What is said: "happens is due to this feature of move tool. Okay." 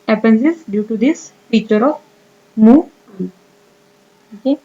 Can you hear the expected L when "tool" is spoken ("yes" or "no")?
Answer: no